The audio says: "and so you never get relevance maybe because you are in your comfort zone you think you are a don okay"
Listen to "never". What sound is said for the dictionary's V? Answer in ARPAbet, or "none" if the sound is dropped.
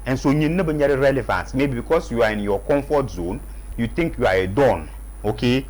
B